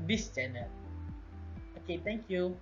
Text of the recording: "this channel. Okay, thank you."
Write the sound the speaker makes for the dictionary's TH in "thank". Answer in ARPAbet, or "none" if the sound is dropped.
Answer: T